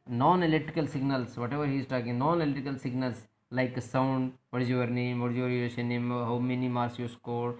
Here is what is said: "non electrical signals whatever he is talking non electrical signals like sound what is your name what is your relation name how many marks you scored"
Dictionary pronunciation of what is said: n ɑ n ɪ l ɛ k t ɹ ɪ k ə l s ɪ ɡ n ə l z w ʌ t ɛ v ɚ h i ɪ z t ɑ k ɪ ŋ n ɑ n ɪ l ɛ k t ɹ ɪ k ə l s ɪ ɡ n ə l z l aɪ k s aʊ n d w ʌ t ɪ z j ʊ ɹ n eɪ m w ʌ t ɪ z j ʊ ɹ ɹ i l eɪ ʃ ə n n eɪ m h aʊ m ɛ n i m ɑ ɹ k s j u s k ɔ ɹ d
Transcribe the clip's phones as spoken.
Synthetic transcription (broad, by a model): n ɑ n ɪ l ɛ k t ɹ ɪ k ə l s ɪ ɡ n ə l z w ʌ t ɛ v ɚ h i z t ɑ k ɪ ŋ n ɑ n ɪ l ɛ t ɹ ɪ k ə l s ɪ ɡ n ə l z l aɪ k s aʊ n d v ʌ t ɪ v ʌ ɹ n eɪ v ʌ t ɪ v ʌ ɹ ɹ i eɪ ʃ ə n n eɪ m h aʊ m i n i m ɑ ɹ s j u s k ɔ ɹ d